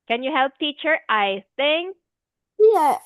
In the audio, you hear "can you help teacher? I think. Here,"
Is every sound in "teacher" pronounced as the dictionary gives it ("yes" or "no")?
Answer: yes